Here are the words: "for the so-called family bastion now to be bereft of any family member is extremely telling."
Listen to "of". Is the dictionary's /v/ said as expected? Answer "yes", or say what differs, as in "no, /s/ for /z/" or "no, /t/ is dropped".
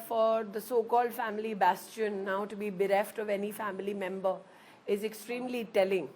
yes